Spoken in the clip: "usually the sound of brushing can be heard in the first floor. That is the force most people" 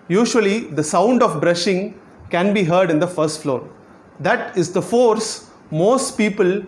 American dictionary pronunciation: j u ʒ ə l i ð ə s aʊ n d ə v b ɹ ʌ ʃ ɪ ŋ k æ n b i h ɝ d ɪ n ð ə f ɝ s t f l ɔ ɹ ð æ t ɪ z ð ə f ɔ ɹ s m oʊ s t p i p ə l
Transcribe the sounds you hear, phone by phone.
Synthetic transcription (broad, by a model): j u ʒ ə l i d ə s aʊ n d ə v b ɹ ʌ ʃ ɪ ŋ k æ n b i h ɝ d ɪ n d ə f ɝ s t f l ɔ ɹ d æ t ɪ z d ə f ɔ ɹ s m oʊ s t p i p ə l